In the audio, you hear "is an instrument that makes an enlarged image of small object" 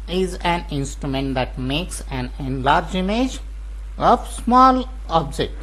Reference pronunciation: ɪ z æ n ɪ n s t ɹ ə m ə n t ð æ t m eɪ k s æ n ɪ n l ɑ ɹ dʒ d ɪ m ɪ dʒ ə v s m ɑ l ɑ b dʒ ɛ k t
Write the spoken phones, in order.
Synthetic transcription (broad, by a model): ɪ z æ n ɪ n s t ɹ ə m ə n t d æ t m eɪ k s æ n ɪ n l ɑ ɹ dʒ ɪ m ɪ dʒ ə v s m ɑ l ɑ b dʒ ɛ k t